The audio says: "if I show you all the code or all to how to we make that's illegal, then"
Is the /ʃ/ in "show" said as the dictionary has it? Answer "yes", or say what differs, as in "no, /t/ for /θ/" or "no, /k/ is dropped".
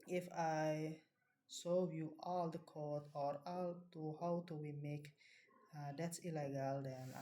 no, /s/ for /ʃ/